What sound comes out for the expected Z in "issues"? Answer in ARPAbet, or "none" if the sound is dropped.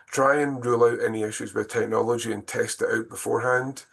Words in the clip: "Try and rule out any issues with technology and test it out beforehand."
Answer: Z